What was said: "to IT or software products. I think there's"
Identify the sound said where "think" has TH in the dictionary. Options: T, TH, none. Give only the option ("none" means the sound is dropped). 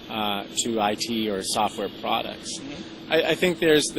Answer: TH